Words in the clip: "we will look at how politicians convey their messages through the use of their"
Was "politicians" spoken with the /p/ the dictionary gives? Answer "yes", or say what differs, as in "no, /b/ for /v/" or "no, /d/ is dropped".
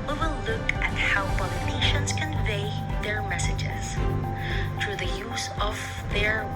no, /b/ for /p/